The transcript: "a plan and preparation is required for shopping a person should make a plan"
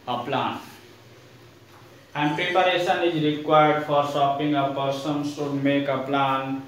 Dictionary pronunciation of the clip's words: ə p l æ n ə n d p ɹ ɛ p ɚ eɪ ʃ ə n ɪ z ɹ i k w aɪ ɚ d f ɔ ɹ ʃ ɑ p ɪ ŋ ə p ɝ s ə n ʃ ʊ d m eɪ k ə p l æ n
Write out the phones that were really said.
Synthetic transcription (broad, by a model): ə p l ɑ n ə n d p ɹ ɛ p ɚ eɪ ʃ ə n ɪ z ɹ i k w aɪ ɚ d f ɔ ɹ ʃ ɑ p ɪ ŋ ə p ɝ s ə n s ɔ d m eɪ k ə p l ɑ n